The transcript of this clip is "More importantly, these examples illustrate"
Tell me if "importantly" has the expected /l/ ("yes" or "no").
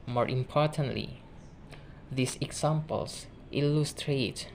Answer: yes